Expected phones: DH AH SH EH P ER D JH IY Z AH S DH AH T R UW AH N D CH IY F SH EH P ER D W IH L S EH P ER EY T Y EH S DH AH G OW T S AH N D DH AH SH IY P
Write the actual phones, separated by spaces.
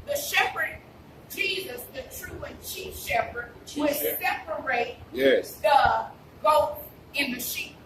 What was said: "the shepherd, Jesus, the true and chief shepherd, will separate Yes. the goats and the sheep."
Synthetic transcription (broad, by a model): DH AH SH EH P ER D JH IY Z AH S DH AH T R UW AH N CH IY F SH EH P ER D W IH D S EH P ER EY T Y EH S DH AH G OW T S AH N DH AH SH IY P